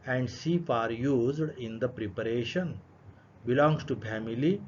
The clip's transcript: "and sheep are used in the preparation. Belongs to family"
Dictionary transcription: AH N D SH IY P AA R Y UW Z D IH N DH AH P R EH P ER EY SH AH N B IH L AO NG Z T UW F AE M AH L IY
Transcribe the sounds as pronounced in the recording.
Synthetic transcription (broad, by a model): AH N D S IY F AA R Y UW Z D IH N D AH P R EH P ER EY SH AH N B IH L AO NG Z T UW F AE M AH L IY